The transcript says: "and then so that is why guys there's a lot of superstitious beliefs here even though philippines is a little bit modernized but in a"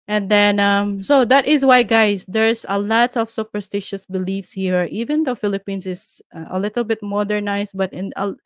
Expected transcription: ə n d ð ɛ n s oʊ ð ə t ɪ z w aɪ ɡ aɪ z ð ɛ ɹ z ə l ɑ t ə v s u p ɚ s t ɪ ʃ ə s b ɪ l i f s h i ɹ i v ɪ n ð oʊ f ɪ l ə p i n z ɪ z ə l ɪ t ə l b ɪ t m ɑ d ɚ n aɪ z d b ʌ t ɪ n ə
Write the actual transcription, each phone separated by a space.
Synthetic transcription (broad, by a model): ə n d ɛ n s oʊ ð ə t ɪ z w aɪ ɡ aɪ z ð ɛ ɹ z ə l ɑ t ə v s u p ɚ s t ɪ ʃ ə s b ɪ l i f s h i ɹ i v ɪ n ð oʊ f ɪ l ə p i n s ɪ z ə l ɪ t ə l b ɪ t m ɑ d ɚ n aɪ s b ʌ t ɪ n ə